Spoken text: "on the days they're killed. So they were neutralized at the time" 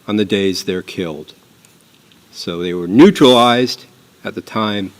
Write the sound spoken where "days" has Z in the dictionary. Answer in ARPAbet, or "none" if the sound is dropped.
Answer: Z